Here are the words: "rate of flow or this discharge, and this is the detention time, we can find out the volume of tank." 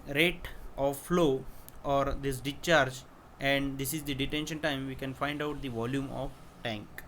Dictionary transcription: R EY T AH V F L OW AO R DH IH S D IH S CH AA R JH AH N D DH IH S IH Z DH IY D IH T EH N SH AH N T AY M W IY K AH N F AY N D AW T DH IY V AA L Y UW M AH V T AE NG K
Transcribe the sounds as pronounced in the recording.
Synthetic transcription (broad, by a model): R EY T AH F L OW AO R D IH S D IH CH AA R JH AH N D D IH S IH Z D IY D IH T EH N SH AH N T AY M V IY K AH N F AY N D AW T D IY V AA L Y UW M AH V T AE NG K